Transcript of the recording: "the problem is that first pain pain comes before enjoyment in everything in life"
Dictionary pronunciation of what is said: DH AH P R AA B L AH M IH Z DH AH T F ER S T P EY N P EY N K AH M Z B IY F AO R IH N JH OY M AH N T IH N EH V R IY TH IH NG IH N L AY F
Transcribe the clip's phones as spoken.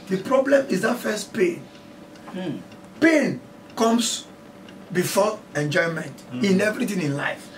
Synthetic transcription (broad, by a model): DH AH P R AA B L AH M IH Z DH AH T F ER S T P EY N P EY N K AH M S B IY F AO IH N JH OY M AH N T IH N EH V R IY T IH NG IH N L AY F